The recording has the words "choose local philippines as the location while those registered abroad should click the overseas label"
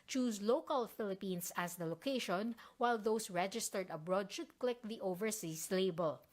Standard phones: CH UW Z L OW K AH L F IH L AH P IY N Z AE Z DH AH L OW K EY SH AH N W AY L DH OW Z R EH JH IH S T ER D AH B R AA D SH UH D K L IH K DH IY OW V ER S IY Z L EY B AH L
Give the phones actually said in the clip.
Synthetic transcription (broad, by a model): CH UW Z L OW K AH L F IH L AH P IY N S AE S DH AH L OW K EY SH AH N W AY L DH OW S R EH JH IH S T ER D AH B R AA D SH UH D K L IH K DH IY OW V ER S IY S L EY B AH L